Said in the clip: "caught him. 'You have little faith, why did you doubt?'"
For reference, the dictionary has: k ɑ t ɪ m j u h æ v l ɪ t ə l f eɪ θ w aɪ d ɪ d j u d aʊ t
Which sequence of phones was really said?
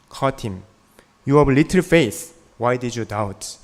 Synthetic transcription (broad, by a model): k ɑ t ɪ m j u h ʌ b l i t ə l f eɪ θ w aɪ d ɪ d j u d aʊ t